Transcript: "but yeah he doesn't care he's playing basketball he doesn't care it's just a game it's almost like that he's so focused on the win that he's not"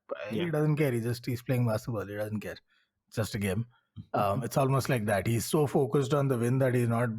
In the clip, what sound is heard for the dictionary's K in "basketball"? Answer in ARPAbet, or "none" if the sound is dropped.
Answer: none